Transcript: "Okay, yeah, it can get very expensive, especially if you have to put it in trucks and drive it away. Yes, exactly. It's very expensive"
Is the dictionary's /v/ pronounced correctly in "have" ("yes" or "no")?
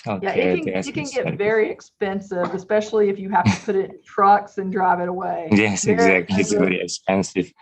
no